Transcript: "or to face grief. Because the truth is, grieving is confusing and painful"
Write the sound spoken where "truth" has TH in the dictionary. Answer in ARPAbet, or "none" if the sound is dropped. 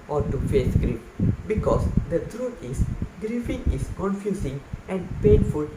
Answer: T